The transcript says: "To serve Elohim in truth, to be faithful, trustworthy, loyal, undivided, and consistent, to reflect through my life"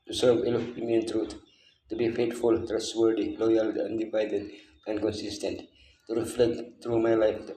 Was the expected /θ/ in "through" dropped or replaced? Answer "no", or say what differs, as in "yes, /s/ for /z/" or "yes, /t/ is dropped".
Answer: yes, /t/ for /θ/